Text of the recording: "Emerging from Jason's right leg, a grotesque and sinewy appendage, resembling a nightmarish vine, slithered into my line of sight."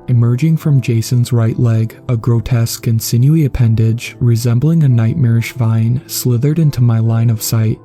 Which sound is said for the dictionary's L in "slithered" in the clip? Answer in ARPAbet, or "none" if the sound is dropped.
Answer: L